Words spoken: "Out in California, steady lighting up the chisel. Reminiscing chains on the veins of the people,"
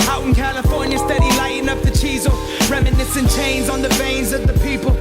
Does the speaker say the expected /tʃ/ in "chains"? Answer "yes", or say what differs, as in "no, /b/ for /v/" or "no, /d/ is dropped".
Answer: yes